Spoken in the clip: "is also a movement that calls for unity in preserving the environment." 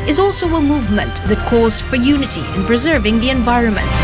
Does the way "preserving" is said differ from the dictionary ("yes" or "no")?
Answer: no